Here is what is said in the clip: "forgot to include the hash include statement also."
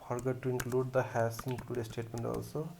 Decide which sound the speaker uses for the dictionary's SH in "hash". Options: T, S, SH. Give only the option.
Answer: S